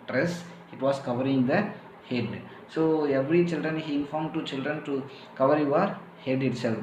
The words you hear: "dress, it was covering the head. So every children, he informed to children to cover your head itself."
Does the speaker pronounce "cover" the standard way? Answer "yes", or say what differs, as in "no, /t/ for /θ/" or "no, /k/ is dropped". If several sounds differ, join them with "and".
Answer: yes